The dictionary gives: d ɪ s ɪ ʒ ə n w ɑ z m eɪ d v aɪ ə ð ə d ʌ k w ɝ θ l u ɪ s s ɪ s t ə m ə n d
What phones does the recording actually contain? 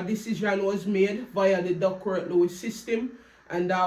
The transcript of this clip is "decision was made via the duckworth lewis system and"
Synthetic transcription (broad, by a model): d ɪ s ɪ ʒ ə n w ɑ z m eɪ d v aɪ ə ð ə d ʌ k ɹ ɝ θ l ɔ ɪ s s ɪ s t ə m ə n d